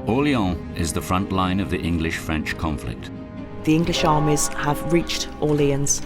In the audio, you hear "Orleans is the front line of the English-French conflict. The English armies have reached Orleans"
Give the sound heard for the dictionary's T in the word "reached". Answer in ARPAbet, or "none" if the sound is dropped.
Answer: T